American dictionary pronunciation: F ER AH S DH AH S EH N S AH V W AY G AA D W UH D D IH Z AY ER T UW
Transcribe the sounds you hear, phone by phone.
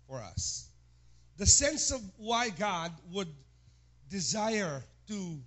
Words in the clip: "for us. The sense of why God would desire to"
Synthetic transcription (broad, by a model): F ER AH S DH AH S EH N S AH V W AY G AA D W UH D D IH Z AY ER T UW